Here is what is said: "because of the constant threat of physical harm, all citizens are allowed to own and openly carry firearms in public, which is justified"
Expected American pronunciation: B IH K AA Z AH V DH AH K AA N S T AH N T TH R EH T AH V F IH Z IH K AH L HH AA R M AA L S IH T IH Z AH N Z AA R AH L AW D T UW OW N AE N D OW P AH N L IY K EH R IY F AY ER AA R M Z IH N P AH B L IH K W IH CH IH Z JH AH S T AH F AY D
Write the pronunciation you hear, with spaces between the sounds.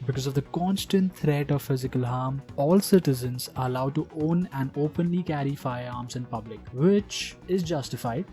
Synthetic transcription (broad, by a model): B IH K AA Z AH V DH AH K AA N S T AH N T T R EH T AH V F IH Z IH K AH L HH AA R M AA L S IH T IH Z AH N Z AA R AH L AW D T UW OW N AE N D OW P AH N L IY K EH R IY F AY AA R M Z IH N P AH B L IH K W IH CH IH Z JH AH S T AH F AY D